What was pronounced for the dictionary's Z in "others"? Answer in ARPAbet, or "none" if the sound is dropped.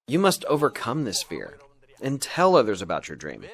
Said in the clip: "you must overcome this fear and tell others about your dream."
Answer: Z